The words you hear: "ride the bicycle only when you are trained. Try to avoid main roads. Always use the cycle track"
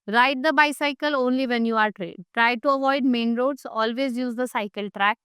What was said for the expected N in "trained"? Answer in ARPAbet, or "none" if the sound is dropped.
none